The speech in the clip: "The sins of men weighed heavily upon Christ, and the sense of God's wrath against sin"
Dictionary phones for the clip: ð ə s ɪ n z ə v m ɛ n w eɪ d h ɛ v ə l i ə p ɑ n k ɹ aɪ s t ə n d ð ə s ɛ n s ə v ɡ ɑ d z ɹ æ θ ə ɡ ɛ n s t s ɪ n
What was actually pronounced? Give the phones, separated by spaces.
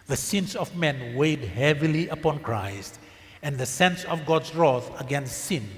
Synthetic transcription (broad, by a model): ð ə s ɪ n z ə v m ɛ n w eɪ d h ɛ v ə l i ə p ɑ n k ɹ aɪ s t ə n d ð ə s ɛ n s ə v ɡ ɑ d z ɹ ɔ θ ə ɡ ɛ n s t s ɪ n